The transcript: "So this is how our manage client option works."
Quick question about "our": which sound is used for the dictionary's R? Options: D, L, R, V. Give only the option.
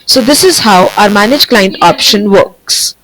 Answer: R